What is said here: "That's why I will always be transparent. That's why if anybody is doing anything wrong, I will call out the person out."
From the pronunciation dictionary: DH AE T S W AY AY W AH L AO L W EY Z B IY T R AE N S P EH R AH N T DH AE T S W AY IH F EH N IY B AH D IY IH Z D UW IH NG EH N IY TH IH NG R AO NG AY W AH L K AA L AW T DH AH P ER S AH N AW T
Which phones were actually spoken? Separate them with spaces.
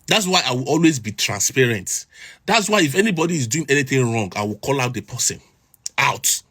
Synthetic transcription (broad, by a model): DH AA T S W AY AY W AH L AO L W EY Z B IY T R AE N S P EH R AH N T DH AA T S W AY IH F EH N IY B AH D IY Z D UW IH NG EH N IY TH IH NG R AO NG AY W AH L K AA L AW T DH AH P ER S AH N AW T